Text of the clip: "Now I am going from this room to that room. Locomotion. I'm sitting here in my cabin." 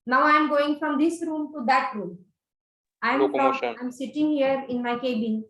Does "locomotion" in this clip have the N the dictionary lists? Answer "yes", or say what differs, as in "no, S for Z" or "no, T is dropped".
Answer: no, N is dropped